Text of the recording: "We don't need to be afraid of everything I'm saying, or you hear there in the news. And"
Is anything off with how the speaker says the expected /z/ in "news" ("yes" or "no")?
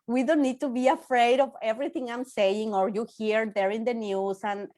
yes